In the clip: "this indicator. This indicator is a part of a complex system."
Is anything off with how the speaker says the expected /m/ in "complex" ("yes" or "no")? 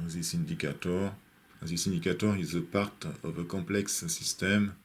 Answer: yes